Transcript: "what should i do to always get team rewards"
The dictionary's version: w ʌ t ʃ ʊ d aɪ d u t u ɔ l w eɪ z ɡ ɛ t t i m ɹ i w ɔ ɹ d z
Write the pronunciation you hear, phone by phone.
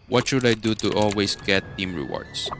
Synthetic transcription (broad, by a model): w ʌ t ʃ ʊ d aɪ d u t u ɔ l w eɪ s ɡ ɛ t t i m ɹ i w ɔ ɹ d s